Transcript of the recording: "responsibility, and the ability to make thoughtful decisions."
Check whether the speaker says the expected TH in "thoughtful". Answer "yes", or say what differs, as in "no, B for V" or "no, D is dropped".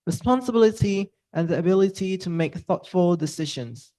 yes